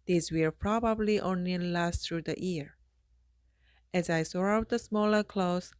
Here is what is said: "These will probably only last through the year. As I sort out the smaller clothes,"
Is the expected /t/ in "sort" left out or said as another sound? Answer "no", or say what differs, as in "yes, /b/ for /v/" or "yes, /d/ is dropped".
yes, /t/ is dropped